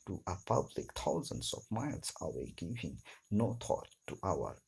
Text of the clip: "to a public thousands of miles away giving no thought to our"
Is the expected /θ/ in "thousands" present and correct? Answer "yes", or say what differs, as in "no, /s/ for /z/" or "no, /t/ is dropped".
no, /t/ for /θ/